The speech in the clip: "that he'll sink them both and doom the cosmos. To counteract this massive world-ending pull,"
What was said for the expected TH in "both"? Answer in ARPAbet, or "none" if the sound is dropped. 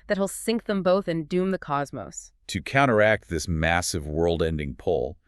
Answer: TH